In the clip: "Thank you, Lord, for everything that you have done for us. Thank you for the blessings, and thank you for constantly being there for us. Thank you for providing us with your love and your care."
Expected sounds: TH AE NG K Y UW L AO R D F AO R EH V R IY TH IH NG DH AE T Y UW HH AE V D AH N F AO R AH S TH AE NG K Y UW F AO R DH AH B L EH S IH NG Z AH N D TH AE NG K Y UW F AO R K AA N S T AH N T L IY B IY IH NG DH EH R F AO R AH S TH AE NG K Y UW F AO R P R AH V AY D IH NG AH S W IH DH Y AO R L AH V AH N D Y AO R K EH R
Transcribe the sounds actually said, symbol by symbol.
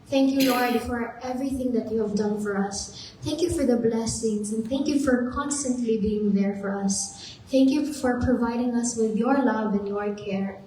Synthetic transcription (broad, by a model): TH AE NG K Y UW L AO R D F AO R EH V R IY TH IH NG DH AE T Y UW HH AE V D AH N F AO R AH S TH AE NG K Y UW F AO R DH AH B L EH S IH NG Z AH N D TH AE NG K Y UW F AO R K AA N S T AH N T L IY B IY IH NG DH EH R F AO R AH S TH AE NG K Y UW F AO R P R AH V AY D IH NG AH S W IH DH Y AO R L AH V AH N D Y AO R K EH R